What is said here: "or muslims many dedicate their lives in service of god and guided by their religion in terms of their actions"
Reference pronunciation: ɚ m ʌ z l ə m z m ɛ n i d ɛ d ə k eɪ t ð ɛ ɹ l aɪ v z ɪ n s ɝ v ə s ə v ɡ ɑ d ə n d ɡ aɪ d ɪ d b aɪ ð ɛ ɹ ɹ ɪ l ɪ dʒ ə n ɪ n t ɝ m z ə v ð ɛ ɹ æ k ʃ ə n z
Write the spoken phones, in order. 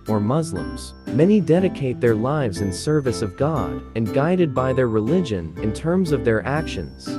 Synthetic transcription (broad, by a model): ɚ m ʌ z l ə m z m ɛ n i d ɛ d ə k eɪ t ð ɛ ɹ l aɪ v z ɪ n s ɝ v ə s ə v ɡ ɑ d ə n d ɡ aɪ d ɪ d b aɪ ð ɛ ɹ ɹ ɪ l ɪ dʒ ə n ɪ n t ɝ m z ə v ð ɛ ɹ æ k ʃ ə n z